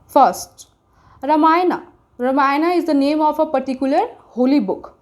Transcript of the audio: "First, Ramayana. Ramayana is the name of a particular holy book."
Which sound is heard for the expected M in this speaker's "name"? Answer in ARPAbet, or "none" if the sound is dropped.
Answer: M